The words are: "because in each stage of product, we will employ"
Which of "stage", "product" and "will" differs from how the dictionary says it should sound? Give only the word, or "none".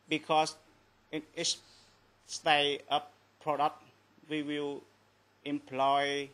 stage